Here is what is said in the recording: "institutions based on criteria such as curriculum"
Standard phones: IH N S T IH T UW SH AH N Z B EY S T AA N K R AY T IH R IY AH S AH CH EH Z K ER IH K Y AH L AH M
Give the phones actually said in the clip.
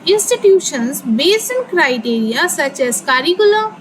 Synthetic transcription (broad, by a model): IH N S T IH T UW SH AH N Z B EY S AH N K R AY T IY R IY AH S AH CH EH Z K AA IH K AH L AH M